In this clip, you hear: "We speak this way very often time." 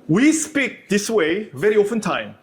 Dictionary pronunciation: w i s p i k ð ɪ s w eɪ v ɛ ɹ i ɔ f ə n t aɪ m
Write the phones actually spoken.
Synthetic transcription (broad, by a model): w i s p i k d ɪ s w eɪ v ɛ ɹ i ɔ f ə n t aɪ m